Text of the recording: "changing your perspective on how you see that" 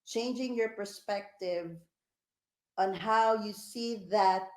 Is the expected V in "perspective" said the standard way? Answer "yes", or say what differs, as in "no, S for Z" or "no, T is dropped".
yes